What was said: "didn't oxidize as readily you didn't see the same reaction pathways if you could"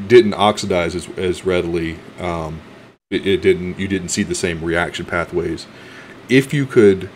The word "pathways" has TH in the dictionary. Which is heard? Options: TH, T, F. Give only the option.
TH